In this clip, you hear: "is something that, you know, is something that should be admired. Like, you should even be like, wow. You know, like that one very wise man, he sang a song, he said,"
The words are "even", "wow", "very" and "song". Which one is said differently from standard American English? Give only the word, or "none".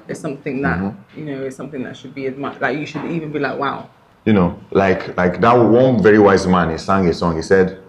none